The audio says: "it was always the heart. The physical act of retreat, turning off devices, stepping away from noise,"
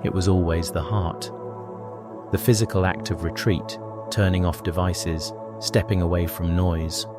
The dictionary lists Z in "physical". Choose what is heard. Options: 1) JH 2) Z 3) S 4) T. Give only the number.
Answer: 2